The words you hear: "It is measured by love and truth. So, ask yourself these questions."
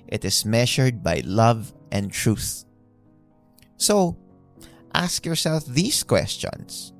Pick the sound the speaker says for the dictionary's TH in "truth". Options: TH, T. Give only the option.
TH